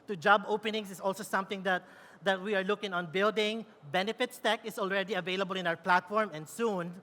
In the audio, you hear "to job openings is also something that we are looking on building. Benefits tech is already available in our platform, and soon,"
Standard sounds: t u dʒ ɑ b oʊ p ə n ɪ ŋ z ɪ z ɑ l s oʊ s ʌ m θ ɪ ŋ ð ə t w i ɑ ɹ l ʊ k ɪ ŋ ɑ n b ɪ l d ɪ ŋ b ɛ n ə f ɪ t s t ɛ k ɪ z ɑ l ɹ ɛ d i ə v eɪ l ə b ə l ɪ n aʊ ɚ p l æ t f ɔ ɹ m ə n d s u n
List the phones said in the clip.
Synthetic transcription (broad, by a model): t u dʒ ɑ b oʊ p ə n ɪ ŋ s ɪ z ɑ l s oʊ s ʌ m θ ɪ ŋ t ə t w i ɑ ɹ l ʊ k ɪ ŋ ɑ n b ɪ l d ɪ ŋ b ɛ n ə f ɪ t s t ɛ k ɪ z ɑ l ɹ ɛ d i ə v eɪ l ə b ə l ɪ n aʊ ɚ p l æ t f ɔ ɹ m ə n d s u n